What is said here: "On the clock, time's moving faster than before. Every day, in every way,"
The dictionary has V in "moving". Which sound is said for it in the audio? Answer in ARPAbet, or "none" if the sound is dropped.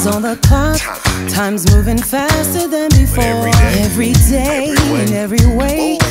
V